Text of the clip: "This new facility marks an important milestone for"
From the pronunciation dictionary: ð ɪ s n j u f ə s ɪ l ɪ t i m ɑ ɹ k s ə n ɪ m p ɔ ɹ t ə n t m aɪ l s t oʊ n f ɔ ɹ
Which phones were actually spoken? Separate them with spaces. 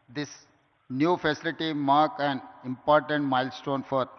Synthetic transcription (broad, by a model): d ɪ s n j u f ə s ɪ l ɪ t i m ɑ ɹ k ə n ɪ m p ɔ ɹ t ə n t m aɪ l s t oʊ n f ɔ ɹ